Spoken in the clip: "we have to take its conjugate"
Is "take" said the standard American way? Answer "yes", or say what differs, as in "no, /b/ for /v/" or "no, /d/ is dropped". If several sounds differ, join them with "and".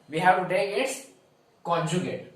no, /k/ is dropped